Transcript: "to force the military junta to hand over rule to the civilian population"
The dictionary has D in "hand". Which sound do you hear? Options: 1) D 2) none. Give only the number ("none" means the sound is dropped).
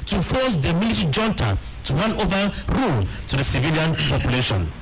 2